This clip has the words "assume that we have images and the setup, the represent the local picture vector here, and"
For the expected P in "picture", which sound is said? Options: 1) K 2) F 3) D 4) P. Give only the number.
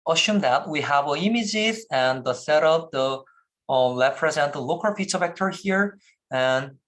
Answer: 2